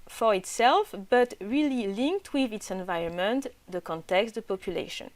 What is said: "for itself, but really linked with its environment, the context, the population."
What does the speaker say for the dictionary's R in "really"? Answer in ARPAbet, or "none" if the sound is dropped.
R